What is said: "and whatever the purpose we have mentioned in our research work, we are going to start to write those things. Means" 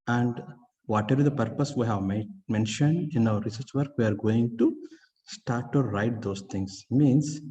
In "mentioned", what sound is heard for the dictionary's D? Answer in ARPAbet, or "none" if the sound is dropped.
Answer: D